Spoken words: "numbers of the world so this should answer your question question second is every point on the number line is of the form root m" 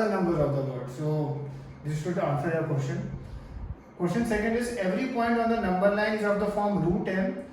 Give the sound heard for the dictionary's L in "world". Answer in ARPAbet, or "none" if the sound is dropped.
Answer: none